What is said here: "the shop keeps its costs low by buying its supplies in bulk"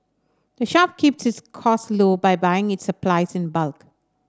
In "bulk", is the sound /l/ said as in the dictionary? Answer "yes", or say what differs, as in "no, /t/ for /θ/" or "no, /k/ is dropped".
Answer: yes